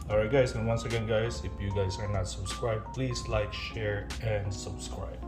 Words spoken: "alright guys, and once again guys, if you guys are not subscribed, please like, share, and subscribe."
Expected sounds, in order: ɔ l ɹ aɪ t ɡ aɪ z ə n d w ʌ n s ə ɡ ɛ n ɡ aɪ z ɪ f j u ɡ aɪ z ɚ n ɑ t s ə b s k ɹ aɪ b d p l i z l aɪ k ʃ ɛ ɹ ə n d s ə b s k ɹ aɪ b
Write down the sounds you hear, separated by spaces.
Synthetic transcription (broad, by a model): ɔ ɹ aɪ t ɡ aɪ s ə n w ʌ n s ə ɡ ɛ n ɡ aɪ s ɪ f j u ɡ aɪ s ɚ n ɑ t s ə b s k ɹ aɪ b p l i s l aɪ k ʃ ɛ ɹ ə n d s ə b s k ɹ aɪ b